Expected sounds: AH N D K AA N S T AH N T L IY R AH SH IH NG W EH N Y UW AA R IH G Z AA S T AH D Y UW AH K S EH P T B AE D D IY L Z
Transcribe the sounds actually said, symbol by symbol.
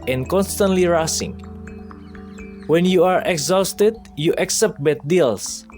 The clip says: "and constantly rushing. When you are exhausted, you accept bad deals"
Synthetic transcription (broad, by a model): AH N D K AA N S T AH N T L IY R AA S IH NG W EH N Y UW AA R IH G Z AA S T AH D Y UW AH K S EH P T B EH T D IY L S